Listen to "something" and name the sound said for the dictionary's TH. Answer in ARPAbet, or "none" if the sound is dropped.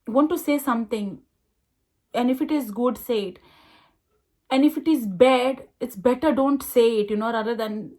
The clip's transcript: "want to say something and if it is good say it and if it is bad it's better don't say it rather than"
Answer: T